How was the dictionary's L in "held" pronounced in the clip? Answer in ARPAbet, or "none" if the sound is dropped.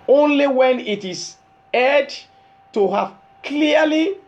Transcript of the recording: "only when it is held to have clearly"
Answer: none